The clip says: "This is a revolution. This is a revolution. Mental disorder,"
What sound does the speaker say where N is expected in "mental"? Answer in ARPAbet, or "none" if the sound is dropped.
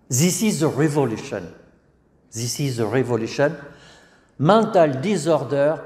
none